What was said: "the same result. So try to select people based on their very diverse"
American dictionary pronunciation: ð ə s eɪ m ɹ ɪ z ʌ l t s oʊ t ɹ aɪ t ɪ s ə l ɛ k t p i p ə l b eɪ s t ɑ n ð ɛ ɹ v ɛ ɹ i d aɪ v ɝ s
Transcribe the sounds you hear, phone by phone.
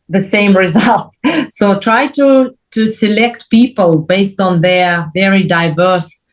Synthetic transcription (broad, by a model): ð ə s eɪ m ɹ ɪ z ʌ l t s oʊ t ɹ aɪ t ɪ s ə l ɛ k t p i p ə l b eɪ s t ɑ n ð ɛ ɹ v ɛ ɹ i d aɪ v ɝ s